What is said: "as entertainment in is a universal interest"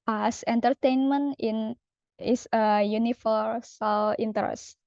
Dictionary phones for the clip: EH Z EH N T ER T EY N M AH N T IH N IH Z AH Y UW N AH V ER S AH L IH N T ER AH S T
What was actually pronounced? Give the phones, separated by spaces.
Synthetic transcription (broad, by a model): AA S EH N T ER T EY N M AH N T IH N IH S AH Y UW N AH F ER S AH L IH N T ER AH S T